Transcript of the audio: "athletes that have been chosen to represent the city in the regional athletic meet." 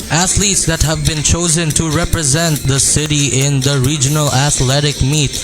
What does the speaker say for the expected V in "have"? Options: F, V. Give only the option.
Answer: V